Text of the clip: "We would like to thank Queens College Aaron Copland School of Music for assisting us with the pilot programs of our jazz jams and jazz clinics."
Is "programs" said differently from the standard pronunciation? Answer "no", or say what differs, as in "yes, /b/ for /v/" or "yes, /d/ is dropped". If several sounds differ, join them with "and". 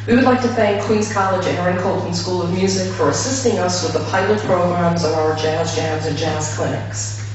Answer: no